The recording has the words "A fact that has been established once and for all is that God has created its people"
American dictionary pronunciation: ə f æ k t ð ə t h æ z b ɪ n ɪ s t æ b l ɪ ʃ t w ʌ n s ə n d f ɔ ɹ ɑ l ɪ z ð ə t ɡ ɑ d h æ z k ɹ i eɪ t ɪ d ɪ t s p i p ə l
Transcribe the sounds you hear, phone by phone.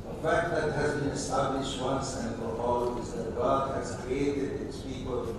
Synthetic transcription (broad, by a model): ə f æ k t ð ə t h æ z b ɪ n ɪ s t æ b l ɪ ʃ t w ʌ n s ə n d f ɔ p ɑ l ɪ z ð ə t ɡ ɑ d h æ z k ɹ i eɪ t ɪ d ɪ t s p i p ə l